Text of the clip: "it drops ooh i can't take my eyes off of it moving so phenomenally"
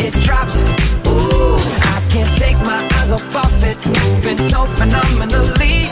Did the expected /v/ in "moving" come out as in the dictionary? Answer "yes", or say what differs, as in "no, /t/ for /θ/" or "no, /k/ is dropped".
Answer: no, /b/ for /v/